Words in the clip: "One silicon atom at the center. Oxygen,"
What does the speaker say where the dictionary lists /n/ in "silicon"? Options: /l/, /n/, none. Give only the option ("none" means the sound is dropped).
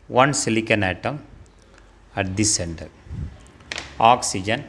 /n/